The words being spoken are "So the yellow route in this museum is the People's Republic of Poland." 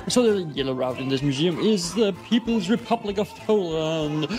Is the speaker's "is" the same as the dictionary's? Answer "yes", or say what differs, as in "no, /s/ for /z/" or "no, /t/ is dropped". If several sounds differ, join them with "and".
yes